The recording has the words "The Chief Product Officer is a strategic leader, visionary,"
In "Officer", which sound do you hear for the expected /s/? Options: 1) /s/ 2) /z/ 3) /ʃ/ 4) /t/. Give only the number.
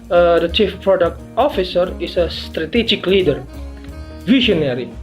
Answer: 1